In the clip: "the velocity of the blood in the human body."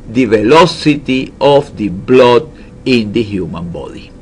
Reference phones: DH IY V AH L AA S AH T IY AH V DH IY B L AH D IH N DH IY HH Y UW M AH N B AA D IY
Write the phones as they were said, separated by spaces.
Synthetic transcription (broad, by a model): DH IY V AH L AA S AH T IY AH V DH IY B L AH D IH N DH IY HH Y UW M AH N B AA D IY